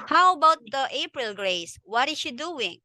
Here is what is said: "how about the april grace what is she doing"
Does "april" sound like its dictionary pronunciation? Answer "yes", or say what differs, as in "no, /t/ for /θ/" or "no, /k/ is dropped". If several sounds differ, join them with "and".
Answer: yes